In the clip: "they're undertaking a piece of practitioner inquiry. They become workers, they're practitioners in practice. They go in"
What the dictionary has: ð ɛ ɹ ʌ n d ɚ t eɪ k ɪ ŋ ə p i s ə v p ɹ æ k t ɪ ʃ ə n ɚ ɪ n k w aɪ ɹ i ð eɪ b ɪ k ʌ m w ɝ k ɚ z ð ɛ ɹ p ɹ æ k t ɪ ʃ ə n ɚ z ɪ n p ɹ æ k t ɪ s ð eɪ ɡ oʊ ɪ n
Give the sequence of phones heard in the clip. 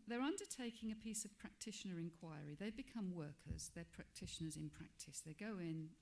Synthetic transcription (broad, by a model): ð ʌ ɹ ʌ n d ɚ t eɪ k ɪ ŋ ə p i s ə v p ɹ æ k t ɪ ʃ ə n ɚ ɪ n k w aɪ ɹ i ð eɪ b ɪ k ʌ m w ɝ k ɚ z ð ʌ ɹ p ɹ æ k t ɪ ʃ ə n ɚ z ɪ n p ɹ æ k t ɪ s ð eɪ ɡ oʊ ɪ n